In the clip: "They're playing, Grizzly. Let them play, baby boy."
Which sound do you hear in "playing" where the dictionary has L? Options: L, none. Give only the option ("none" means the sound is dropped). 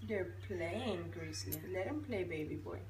L